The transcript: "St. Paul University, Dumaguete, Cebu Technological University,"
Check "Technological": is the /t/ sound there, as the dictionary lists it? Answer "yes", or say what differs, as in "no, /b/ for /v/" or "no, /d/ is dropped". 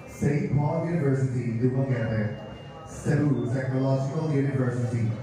no, /s/ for /t/